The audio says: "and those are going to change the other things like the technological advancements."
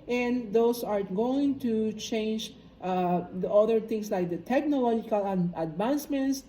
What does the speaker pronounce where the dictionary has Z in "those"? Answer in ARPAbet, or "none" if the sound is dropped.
S